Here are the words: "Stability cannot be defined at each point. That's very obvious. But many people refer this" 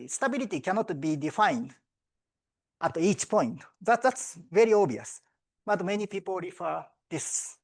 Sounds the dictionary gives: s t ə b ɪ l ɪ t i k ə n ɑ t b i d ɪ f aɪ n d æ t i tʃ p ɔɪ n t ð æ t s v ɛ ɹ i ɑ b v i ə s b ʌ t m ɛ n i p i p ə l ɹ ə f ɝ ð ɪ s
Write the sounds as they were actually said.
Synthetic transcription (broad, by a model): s t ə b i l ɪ t i k ə n ɑ t b i d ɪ f aɪ n d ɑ t i tʃ p ɔɪ n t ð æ t s v ɛ ɹ i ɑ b i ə s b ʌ t m ɛ n i p i p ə l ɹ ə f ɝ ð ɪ s